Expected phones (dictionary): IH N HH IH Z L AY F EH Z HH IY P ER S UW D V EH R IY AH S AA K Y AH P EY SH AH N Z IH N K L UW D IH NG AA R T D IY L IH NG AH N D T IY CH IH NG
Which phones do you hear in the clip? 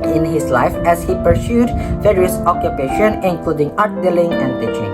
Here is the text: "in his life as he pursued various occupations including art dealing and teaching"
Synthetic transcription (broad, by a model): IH N HH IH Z L AY F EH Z HH IY P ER S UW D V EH R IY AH S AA K Y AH P EY SH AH N IH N K L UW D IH NG AA R T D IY L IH NG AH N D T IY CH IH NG